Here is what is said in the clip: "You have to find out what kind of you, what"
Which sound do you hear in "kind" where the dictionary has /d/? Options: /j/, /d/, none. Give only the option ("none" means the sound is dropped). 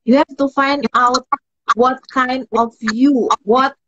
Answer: /d/